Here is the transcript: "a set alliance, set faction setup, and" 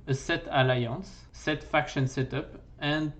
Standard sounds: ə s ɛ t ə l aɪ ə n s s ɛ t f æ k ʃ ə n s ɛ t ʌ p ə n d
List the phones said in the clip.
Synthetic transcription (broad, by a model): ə s ɛ t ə l aɪ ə s s ɛ t f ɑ k ʃ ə n s ɛ t ʌ p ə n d